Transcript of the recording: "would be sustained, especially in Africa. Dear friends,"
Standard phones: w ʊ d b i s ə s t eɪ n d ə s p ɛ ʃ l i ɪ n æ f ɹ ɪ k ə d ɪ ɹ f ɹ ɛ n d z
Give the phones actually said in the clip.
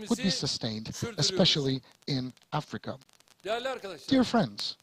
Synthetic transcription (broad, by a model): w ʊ d b i s ə s t eɪ n d ə s p ɛ ʃ l i ɪ n æ f ɹ ɪ k ə d ɪ ɹ f ɹ ɛ n d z